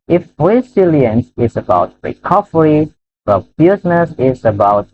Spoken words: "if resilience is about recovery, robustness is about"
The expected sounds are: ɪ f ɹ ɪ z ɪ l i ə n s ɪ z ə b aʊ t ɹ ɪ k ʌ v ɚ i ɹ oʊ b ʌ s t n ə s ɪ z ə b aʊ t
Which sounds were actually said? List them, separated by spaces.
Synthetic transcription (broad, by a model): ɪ f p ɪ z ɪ l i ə n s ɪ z ə b aʊ t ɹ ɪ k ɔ f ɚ i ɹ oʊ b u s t n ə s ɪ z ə b aʊ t